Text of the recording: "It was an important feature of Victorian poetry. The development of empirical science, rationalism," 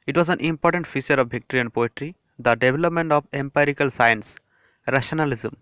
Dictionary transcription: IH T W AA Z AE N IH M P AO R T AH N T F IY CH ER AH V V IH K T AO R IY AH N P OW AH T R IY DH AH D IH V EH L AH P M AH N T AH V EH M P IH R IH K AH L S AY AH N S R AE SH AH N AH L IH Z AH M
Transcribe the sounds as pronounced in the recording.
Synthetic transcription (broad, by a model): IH T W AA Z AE N IH M P AO R T AH N T F IY CH ER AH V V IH K T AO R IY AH N P OW AH T R IY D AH D IH V EH L AH P M AH N T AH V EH M P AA R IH K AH L S AY AH N S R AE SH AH N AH L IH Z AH M